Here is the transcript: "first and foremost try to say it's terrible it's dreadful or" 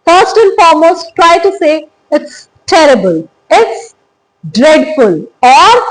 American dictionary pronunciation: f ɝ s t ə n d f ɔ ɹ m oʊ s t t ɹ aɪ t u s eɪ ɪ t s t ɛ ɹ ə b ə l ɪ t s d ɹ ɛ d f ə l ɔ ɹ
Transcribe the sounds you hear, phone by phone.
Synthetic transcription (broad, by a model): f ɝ s t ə n f ɔ ɹ m oʊ s t t ɹ aɪ t u s eɪ ɪ t s t ɛ ɹ ə b ə l ɪ t s d ɹ ɛ d f ə l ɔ ɹ